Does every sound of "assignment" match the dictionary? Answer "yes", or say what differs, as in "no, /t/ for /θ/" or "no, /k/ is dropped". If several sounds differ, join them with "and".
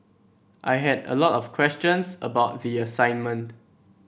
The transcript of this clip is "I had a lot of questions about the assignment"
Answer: yes